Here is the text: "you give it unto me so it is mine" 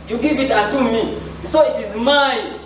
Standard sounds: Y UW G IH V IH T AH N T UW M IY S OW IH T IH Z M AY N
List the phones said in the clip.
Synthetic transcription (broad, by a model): Y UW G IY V IH T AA T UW M IY S OW IH T IH Z M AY